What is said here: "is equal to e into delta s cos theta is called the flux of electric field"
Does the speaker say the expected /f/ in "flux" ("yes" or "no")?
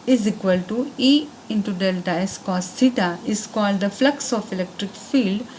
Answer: yes